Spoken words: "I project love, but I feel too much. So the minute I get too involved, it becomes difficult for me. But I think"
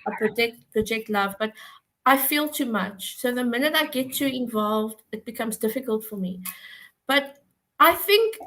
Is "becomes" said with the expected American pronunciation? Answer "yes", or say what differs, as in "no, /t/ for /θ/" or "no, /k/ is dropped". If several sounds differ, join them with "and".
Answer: yes